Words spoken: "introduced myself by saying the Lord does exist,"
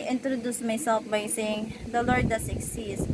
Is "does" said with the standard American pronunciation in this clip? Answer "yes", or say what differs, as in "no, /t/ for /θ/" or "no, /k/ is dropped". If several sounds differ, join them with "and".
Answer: no, /s/ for /z/